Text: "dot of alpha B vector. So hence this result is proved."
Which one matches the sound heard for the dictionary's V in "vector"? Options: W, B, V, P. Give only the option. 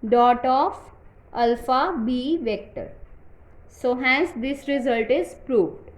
V